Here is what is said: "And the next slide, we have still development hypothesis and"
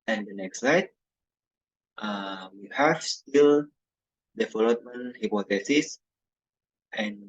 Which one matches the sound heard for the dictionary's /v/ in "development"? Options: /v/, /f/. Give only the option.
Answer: /f/